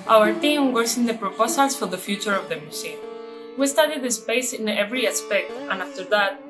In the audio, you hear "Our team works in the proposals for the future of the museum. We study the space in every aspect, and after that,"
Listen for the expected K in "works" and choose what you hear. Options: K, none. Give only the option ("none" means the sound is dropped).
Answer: none